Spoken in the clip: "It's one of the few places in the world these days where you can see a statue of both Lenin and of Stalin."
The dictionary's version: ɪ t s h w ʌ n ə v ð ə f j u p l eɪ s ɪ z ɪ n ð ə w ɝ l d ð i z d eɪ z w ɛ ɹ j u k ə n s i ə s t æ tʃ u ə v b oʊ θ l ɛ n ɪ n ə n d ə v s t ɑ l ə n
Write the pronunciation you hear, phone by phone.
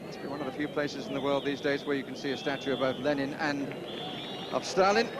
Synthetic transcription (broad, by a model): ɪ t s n w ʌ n ə v ð ə f j u p l eɪ s ɪ z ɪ n ð ə w ɝ l d ð i z d eɪ z w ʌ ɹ j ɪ k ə n s i ə s t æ tʃ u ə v b oʊ θ l ɛ n ɪ n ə n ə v s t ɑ l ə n